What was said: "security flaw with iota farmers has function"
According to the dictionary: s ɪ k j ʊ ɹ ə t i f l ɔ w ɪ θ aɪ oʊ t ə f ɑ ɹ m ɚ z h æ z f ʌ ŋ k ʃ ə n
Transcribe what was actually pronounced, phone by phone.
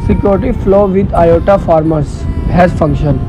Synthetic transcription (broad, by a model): s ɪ k j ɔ ɹ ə t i f l ɔ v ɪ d aɪ oʊ t ə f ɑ ɹ m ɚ s h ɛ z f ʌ ŋ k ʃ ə n